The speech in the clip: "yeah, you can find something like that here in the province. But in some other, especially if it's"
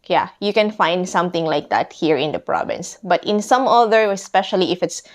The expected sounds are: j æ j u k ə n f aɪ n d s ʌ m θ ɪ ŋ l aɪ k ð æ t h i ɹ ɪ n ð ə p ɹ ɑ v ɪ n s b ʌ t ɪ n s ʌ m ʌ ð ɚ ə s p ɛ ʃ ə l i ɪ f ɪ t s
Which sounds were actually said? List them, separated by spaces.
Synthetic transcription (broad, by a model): j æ j u k ə n f aɪ n d s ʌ m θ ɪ ŋ l aɪ k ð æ t h i ɹ ɪ n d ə p ɹ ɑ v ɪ n s b ʌ t ɪ n s ʌ m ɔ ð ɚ ə s p ɛ ʃ ə l i ɪ f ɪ t s